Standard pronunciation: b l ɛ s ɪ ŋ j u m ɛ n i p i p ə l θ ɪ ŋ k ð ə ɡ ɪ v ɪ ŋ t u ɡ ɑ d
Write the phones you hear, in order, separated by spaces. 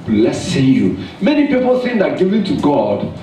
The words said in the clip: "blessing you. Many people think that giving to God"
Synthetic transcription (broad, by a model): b l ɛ s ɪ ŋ j u m ɛ n i p i p ə l s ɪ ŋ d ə ɡ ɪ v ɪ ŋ t u ɡ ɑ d